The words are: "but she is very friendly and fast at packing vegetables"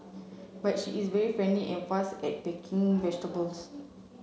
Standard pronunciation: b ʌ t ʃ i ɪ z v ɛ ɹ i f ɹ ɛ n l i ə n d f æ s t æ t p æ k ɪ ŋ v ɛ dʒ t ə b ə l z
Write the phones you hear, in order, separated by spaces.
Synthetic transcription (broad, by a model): b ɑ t ʃ i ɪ s v ɛ ɹ i f ɛ n l i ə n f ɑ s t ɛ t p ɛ k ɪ ŋ v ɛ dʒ t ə b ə l s